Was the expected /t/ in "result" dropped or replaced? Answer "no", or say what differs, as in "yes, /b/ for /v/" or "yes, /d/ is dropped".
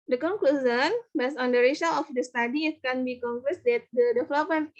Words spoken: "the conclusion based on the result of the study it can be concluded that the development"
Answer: yes, /t/ is dropped